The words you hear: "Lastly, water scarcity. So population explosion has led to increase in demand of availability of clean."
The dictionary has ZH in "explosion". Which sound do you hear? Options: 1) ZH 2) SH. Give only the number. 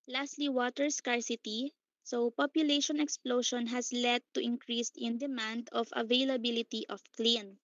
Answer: 2